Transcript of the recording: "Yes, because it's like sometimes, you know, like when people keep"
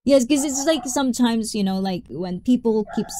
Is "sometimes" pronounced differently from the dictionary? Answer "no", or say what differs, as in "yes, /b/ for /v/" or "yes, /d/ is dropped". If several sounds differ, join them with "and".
no